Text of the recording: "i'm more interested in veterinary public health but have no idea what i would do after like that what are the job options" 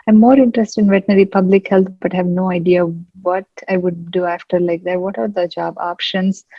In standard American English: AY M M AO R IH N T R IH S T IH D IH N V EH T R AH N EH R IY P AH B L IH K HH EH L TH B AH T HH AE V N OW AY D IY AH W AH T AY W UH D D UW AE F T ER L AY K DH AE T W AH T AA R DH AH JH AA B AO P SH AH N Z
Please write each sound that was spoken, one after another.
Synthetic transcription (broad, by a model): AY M M AO R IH N T R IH S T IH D IH N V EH T AH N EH R IY P AH B L IH K HH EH L T B AH T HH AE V N OW AY D IY AH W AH T AY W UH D D UW AE F T ER L AY K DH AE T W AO T AA R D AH JH AA B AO P SH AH N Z